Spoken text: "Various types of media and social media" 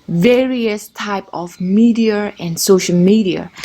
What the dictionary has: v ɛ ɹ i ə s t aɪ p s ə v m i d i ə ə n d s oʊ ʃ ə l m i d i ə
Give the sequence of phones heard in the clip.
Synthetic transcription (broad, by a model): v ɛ ɹ i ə s t aɪ p ə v m i d i ə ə n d s oʊ ʃ ə l m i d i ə